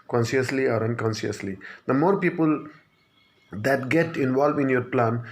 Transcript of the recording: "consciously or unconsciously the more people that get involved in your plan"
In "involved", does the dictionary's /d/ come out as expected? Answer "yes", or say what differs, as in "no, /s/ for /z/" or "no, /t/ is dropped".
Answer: no, /d/ is dropped